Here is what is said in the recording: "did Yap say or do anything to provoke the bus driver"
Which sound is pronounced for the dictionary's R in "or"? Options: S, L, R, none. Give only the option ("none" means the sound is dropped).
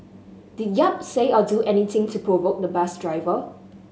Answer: L